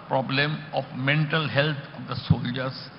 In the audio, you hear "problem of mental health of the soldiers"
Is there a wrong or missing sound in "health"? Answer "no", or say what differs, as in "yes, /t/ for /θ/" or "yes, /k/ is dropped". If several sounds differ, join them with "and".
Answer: yes, /t/ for /θ/